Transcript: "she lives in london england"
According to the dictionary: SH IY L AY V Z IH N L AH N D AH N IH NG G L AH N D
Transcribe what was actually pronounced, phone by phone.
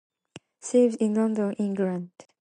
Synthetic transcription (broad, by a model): S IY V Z IH N L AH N D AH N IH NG G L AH N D